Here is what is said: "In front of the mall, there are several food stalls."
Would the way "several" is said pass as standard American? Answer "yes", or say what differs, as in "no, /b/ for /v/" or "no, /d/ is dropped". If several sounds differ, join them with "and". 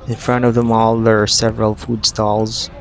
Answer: yes